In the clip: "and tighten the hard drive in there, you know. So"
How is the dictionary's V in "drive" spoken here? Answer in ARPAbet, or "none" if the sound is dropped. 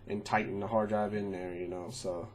B